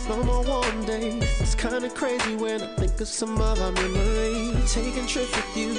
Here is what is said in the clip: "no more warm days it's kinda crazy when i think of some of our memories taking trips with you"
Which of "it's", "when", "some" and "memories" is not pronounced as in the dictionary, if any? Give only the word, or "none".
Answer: memories